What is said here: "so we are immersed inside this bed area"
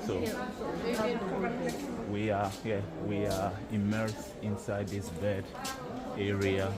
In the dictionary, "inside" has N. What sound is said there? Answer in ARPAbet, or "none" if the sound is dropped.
N